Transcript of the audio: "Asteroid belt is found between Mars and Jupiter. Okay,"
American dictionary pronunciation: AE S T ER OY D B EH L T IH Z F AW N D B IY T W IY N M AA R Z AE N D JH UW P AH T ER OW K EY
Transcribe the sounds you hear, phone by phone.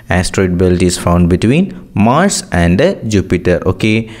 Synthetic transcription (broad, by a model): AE S T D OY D B EH L T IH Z F AW N D B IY T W IY N M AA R S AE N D JH UW P AH T ER OW K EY